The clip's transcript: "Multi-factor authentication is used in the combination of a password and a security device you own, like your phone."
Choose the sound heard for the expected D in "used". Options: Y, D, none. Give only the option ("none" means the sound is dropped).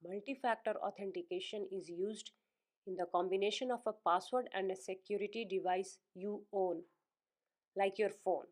D